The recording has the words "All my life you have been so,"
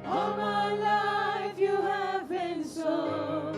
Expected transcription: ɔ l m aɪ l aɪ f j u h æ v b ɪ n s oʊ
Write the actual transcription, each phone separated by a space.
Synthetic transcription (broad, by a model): ɔ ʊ m aɪ l aɪ f j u h æ v b ɪ n s oʊ